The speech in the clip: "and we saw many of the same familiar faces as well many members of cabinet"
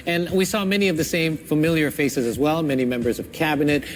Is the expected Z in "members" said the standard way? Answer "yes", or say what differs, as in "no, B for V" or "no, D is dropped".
yes